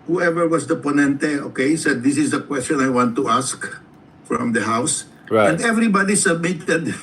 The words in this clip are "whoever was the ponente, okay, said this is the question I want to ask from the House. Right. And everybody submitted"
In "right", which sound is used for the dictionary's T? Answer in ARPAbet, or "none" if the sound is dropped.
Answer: none